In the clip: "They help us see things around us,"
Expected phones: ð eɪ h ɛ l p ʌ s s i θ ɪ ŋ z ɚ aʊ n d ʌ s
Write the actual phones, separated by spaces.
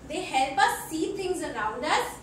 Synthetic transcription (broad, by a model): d eɪ h ɛ l p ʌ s s i t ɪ ŋ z ɚ aʊ n d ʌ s